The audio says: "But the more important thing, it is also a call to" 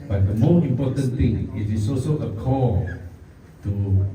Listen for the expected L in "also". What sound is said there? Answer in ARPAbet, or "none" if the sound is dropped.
none